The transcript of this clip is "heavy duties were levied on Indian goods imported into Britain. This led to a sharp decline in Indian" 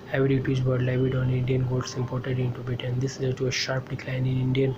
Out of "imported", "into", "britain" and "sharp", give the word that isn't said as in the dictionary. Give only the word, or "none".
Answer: britain